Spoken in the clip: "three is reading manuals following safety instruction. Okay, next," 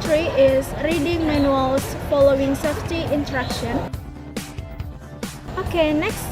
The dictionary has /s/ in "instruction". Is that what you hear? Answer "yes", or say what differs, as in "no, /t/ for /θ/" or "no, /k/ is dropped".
no, /s/ is dropped